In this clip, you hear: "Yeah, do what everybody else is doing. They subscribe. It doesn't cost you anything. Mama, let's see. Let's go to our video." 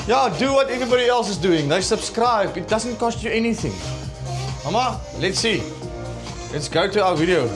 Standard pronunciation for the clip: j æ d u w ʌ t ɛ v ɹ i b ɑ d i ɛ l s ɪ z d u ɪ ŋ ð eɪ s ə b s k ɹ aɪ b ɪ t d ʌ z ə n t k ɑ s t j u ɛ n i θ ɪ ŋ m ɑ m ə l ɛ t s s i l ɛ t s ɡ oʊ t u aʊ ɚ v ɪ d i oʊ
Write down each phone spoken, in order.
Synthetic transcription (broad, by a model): j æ d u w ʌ t ɛ v ɹ i b ɑ d i ɛ l s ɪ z d u ɪ ŋ ð eɪ s ə b s k ɹ aɪ b ɪ t d ʌ z ə n t k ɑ s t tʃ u ɛ n i θ ɪ ŋ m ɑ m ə l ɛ t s s i l ɛ t s ɡ oʊ t u aʊ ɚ v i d i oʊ